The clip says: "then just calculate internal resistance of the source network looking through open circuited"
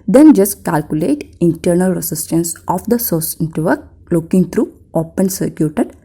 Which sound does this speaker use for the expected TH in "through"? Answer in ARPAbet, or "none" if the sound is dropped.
T